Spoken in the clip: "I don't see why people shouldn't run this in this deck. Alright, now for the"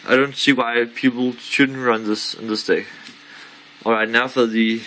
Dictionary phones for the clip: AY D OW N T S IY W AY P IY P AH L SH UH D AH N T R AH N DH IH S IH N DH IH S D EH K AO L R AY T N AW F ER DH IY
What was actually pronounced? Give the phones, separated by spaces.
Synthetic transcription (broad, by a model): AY D OW N T S IY W AY P IY P AH L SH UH D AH N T R AH N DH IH S IH N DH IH S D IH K AO L R AY T N AW F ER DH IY